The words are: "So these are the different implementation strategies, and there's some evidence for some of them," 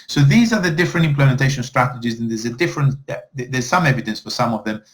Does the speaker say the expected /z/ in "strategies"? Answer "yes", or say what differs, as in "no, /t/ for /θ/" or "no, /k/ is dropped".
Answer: yes